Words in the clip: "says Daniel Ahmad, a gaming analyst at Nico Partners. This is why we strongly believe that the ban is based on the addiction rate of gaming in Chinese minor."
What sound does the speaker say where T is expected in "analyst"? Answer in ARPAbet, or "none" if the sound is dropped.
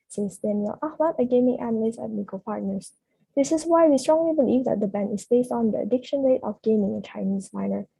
none